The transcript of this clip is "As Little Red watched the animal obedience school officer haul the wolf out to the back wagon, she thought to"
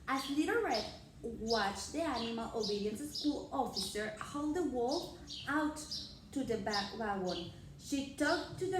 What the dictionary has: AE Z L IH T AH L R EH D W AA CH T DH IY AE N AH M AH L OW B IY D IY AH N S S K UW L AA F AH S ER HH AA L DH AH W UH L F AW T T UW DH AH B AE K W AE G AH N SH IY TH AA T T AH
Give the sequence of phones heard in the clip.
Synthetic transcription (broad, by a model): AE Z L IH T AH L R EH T W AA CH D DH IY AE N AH M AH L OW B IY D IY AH N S S K UW L AA F AH S ER HH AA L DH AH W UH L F AW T T UW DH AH B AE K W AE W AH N SH IY T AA T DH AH